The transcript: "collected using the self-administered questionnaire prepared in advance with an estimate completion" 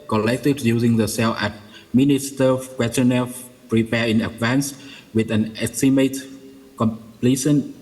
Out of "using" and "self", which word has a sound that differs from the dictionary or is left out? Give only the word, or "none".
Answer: self